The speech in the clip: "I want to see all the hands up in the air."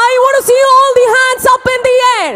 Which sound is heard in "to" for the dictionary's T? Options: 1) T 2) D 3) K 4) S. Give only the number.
4